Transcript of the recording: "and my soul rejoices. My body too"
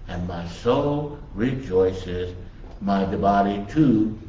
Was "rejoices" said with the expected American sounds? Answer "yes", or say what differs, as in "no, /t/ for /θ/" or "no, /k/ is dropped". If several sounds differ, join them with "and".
yes